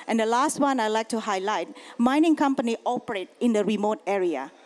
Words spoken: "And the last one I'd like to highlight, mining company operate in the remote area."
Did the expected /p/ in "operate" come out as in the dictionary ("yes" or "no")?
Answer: yes